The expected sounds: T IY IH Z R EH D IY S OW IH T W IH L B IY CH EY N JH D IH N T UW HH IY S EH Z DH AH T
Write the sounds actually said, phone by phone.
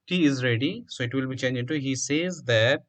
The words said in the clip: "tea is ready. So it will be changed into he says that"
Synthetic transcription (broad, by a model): IY IH Z R EH D IY S OW IH T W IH L B IY CH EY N JH IH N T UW HH IY S EH Z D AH T